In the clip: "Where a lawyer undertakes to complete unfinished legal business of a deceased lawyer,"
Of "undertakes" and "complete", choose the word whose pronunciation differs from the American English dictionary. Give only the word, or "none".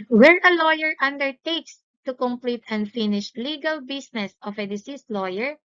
none